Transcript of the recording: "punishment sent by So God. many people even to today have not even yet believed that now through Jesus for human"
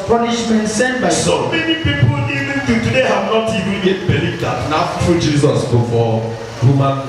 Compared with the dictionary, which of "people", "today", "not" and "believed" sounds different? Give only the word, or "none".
believed